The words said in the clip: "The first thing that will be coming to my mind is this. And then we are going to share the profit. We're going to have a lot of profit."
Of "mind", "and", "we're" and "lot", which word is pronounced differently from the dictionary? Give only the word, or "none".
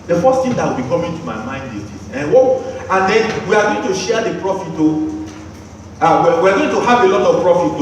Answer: we're